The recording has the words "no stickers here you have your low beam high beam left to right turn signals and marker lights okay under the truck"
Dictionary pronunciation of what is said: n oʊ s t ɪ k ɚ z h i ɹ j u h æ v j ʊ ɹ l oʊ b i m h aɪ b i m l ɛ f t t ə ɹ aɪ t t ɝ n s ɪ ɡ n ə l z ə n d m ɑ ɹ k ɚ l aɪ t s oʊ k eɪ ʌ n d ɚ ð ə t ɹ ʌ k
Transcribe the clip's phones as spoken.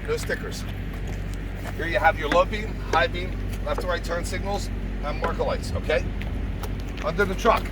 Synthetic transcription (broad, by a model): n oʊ s t ɪ k ɚ z h i ɹ j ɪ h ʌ v j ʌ ɹ l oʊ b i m h aɪ b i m l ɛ f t t ə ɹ aɪ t t ɝ n s ɪ ɡ n ə l z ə n m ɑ ɹ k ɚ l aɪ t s oʊ k eɪ ʌ n d ɚ ð ə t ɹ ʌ k